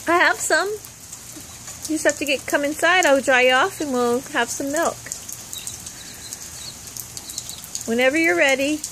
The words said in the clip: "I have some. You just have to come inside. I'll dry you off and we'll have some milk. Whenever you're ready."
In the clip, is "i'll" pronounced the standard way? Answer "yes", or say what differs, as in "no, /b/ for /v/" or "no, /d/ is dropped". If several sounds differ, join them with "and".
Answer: no, /w/ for /l/